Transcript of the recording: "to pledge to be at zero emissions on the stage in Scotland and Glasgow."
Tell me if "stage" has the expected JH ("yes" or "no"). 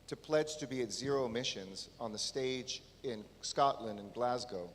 yes